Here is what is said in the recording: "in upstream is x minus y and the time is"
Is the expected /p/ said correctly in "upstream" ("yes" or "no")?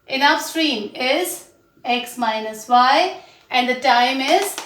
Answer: no